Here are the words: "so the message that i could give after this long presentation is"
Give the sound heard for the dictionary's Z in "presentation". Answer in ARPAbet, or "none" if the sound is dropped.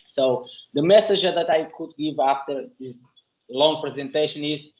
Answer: Z